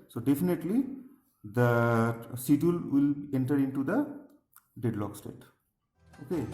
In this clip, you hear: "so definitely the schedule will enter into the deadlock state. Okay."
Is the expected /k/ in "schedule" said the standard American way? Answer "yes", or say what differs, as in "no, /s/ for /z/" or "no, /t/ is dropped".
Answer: no, /k/ is dropped